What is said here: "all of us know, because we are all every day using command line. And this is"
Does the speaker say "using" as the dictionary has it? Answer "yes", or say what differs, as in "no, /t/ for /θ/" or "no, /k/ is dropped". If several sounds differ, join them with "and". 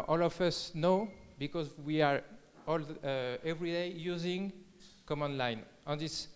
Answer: yes